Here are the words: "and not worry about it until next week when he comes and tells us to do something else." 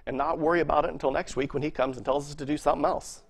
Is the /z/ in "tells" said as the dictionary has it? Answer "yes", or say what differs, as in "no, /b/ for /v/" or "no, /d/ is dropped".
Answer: yes